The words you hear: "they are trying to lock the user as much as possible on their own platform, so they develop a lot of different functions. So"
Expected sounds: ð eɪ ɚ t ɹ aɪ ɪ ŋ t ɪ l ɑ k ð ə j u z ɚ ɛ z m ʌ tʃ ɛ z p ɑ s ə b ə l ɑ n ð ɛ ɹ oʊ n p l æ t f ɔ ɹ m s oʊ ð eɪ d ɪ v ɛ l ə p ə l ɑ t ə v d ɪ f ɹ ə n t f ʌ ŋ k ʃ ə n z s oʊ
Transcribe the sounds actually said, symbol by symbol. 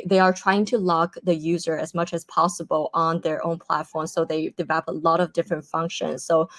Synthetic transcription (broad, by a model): ð eɪ ɚ t ɹ aɪ ɪ ŋ t ɪ l ɑ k ð ə j u z ɚ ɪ z m ʌ tʃ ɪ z p ɑ s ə b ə l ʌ n ð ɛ ɹ oʊ n p l æ t f ɔ ɹ m s oʊ ð eɪ d ɪ v ɛ l ə p ə l ɑ t ə v d ɪ f ɹ ə n t f ʌ ŋ k ʃ ə n z s oʊ